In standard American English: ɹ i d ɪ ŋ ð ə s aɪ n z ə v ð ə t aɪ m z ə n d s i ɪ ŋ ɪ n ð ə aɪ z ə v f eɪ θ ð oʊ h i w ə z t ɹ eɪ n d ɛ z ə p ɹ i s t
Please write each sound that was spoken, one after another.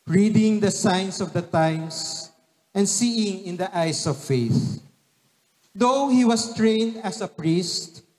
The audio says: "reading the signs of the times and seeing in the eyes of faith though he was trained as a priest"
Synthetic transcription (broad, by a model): ɹ i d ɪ ŋ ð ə s aɪ n s ə v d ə t aɪ m s ə n d s i ɪ ŋ ɪ n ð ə aɪ s ə v f eɪ θ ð oʊ h i w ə s t ɹ eɪ n d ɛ s ə p ɹ i s t